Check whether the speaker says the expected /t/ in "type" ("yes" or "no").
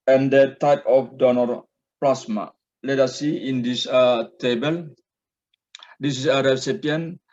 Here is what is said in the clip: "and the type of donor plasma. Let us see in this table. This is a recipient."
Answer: yes